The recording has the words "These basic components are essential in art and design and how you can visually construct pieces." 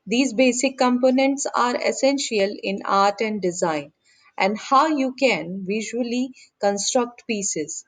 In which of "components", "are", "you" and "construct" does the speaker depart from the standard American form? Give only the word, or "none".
none